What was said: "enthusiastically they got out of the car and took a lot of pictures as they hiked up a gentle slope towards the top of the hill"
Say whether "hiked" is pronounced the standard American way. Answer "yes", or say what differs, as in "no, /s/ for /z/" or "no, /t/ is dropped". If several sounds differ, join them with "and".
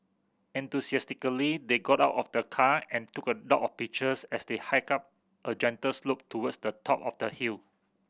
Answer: no, /t/ is dropped